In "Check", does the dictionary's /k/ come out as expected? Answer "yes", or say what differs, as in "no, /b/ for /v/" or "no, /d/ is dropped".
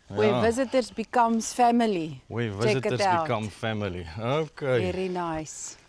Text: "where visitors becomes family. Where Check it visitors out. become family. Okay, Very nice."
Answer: no, /k/ is dropped